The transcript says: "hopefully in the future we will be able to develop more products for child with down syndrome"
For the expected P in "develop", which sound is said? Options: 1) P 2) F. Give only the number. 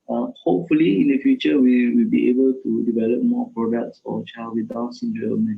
1